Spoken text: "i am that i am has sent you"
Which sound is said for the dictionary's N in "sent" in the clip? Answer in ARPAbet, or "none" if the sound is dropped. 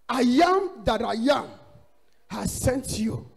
N